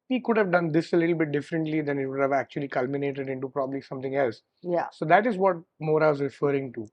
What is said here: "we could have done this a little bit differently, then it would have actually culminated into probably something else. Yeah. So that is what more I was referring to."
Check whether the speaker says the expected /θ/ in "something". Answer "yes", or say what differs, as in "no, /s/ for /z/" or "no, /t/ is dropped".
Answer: no, /t/ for /θ/